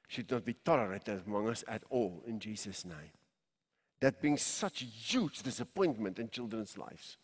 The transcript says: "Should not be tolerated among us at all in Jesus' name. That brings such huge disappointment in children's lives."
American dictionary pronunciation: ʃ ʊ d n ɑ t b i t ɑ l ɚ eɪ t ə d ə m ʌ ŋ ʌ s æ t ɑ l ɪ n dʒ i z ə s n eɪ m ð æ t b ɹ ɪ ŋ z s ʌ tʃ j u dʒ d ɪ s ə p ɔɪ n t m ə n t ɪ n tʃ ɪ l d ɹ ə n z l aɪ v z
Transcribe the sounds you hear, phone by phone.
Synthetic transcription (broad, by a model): ʃ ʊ d n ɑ t b i t ɑ l ɚ eɪ t ə d ə m ʌ ŋ ʌ s æ t ɑ l ɪ n dʒ i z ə s n eɪ m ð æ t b ɪ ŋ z s ʌ tʃ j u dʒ d ɪ s ə p ɔɪ n t m ə n t ɪ n tʃ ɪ l d ɹ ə n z l aɪ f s